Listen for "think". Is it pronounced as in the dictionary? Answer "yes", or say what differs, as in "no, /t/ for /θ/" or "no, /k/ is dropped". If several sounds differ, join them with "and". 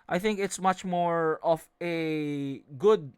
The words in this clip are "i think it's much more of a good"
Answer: yes